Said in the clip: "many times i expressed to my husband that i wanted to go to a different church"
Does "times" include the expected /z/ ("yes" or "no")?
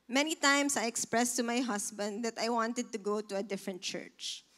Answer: no